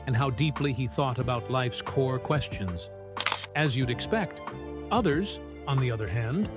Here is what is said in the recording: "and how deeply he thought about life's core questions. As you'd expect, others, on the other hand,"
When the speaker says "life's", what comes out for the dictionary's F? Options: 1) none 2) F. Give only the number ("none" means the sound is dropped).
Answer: 2